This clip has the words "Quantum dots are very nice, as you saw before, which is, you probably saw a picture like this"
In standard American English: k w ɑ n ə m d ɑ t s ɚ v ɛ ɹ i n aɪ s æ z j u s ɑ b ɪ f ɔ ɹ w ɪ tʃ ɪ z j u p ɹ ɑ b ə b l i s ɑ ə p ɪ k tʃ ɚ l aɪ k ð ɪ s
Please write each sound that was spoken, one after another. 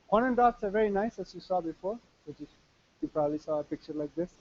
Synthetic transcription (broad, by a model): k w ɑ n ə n d ɑ t s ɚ v ɛ ɹ i n aɪ s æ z j u s ɑ b ɪ f ɔ ɹ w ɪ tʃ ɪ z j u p ɹ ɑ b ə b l i s ɑ ə p ɪ k tʃ ɚ l aɪ k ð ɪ s